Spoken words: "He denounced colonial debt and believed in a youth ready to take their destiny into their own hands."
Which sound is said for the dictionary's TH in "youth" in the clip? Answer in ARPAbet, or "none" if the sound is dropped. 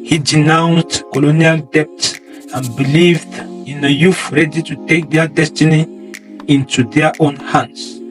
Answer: F